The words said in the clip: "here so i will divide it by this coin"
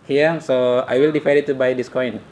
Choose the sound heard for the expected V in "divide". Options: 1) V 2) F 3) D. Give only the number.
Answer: 2